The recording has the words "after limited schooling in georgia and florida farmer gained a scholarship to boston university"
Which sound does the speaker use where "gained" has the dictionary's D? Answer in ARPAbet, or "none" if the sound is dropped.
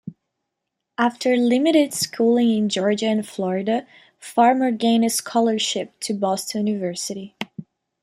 none